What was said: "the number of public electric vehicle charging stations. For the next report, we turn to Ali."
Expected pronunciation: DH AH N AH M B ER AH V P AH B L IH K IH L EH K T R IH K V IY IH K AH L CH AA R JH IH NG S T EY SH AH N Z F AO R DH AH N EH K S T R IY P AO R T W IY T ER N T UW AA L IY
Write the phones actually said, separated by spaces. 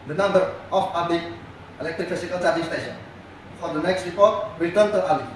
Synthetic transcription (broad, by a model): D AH N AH M B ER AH F P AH B L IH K IH L EH K T R IH K F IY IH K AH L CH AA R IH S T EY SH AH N F AO R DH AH N EH K S T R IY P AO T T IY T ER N T UW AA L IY